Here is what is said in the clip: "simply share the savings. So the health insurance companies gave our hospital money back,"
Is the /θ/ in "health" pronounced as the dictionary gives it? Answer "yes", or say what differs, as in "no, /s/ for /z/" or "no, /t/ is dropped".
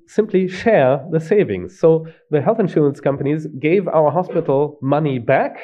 yes